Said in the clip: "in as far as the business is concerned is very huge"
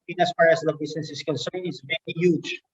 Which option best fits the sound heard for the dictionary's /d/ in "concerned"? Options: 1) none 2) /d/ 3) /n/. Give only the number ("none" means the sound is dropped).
1